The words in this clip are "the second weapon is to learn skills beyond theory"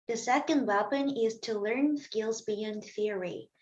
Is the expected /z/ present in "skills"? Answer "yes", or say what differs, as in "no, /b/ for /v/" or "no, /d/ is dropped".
yes